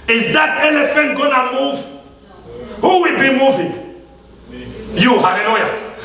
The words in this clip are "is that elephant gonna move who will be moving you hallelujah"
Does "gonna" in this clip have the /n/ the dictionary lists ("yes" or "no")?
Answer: yes